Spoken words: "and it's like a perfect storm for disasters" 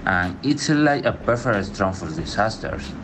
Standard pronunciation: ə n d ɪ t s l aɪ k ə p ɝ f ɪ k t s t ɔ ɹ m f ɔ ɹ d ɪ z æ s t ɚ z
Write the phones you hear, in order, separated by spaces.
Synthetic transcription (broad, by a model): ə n ɪ t s l aɪ k ə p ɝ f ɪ t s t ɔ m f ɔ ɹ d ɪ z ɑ s t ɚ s